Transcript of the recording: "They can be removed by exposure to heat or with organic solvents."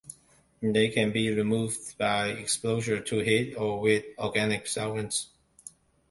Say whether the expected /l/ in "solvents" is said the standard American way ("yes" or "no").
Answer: no